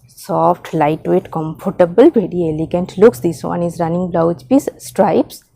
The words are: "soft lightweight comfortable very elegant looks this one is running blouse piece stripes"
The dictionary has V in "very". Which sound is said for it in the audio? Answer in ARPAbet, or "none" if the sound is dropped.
B